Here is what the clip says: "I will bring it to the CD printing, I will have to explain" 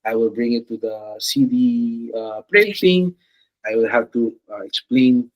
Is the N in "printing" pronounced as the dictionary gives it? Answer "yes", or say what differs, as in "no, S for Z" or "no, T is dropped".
no, N is dropped